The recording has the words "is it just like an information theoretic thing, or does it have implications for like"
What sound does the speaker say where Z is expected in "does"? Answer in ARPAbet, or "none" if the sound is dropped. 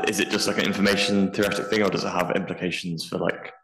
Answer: Z